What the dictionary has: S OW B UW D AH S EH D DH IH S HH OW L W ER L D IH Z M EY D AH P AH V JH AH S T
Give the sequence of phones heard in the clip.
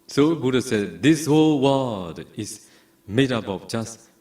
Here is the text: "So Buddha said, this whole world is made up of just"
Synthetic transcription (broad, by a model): S OW B UW D AH S EH D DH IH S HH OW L W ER D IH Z M EY D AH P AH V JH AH S T